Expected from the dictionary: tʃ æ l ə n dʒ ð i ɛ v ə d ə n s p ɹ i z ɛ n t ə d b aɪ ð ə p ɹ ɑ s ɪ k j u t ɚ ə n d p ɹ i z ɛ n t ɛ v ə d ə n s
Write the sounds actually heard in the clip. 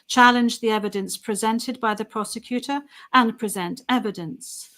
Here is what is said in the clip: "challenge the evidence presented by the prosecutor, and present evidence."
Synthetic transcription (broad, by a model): tʃ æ l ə n dʒ ð i ɛ v ə d ə n s p ɹ i z ɛ n t ə d b aɪ ð ə p ɹ ɑ s ɪ k j u t ɚ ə n p ɹ i z ɛ n t ɛ v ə d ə n s